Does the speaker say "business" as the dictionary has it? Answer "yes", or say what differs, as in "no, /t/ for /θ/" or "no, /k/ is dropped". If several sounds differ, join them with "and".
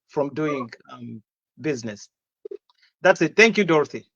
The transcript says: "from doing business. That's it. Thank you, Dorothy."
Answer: yes